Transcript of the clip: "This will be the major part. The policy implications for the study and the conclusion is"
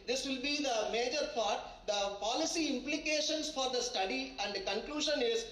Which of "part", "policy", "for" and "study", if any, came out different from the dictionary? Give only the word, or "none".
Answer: part